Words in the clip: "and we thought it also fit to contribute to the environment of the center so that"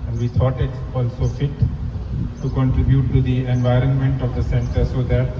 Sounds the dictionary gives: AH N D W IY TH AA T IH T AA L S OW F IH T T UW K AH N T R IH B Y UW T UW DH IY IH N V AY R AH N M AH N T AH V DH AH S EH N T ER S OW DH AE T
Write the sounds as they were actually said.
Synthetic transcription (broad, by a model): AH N D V IY T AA T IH T AA L S OW F IH T T UW K AH N T R IH B Y UW T UW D IY IH N V AY R AH N M AH N T AH V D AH S EH N T ER S OW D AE T